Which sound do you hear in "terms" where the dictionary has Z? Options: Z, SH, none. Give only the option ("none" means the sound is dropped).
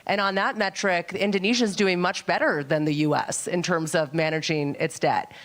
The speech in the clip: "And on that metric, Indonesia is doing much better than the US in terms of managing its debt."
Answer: Z